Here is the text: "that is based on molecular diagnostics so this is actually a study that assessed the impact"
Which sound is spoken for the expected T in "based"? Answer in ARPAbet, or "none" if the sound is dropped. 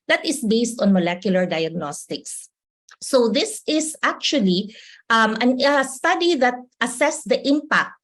T